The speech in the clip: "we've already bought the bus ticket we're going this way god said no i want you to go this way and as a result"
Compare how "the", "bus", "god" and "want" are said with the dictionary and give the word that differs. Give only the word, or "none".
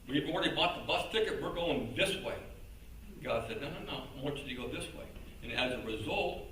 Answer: want